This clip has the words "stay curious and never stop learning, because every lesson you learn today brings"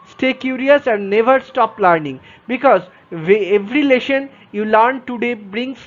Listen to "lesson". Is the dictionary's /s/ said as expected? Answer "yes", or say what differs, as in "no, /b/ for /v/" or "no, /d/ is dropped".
no, /ʃ/ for /s/